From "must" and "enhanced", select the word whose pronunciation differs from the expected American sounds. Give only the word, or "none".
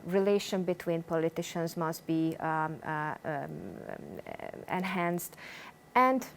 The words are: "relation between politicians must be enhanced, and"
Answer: none